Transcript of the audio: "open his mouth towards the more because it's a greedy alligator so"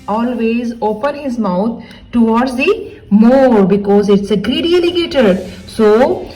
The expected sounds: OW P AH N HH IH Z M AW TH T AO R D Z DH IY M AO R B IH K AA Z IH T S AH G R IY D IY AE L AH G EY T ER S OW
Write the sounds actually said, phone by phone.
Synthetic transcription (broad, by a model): OW P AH N HH IH Z M AW T T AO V D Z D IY M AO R B IH K AA Z IH T S AH G R IY D IY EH L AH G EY T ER S OW